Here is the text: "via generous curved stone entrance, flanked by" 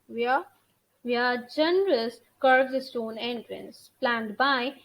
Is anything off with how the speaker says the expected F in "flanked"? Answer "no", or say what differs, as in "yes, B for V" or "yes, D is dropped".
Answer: yes, P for F